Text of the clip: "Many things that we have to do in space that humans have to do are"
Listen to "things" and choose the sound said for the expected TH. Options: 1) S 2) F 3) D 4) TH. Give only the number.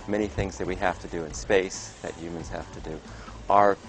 4